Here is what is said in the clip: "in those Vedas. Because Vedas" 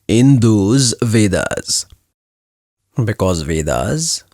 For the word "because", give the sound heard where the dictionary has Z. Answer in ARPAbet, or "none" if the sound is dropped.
Z